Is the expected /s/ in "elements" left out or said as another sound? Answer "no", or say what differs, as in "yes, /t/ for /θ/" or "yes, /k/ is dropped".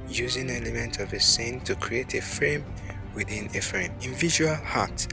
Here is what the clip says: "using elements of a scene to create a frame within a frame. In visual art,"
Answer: yes, /s/ is dropped